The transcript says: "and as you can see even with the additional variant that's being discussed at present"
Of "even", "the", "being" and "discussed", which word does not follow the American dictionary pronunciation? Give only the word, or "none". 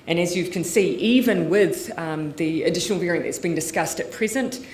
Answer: none